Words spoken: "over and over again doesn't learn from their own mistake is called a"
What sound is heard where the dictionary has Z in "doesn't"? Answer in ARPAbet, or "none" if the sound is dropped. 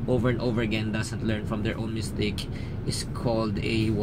S